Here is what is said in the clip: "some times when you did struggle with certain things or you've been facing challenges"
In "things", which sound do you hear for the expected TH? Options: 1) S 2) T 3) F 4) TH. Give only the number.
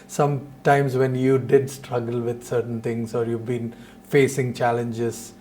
2